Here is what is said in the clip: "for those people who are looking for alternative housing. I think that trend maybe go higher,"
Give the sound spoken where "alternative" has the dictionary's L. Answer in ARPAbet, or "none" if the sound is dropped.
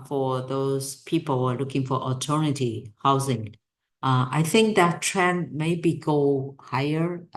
none